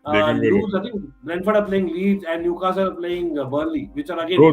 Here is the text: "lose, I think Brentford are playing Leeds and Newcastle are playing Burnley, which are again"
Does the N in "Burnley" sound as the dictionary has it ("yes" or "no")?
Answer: no